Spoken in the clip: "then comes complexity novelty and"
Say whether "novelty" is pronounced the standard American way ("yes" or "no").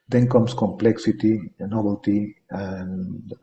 no